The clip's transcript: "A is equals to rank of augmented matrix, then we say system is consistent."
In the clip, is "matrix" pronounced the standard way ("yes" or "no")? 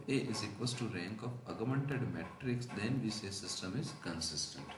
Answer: yes